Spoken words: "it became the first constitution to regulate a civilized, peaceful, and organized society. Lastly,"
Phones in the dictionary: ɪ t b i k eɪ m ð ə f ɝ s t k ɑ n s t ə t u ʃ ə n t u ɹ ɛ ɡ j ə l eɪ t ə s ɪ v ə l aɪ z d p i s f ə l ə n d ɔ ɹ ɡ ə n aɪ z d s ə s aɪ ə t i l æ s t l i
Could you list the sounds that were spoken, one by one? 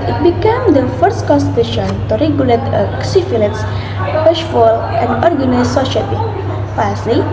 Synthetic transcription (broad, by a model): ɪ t b i k eɪ m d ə f ɝ s t k ɑ n s t ə t u ʃ ə n t u ɹ ɛ ɡ j ə l eɪ t ə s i f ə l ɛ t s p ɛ ʃ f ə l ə n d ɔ ɹ ɡ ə n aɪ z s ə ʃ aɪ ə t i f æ s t l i